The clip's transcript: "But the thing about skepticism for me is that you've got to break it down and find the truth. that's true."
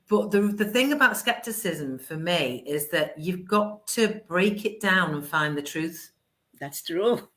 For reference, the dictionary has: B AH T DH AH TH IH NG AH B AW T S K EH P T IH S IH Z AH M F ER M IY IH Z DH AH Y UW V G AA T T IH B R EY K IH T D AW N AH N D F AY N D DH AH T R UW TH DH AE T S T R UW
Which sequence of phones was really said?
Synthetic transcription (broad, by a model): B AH T DH AH TH IH NG AH B AW T S K EH P T IH S IH Z AH M F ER M IY IH Z DH AH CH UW V G AA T T IH B R EY K IH T D AW N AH N F AY N DH AH T R UW TH DH AE T S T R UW